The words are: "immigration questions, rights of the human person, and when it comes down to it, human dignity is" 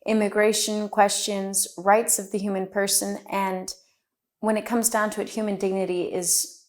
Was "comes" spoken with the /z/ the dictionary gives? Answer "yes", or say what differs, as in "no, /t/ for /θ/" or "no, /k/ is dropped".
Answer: yes